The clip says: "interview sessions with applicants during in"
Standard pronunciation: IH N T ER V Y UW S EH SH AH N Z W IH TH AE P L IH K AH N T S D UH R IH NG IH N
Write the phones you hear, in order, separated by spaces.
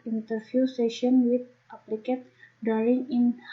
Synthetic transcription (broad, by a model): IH N T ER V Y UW S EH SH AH N W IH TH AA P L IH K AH T D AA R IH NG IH N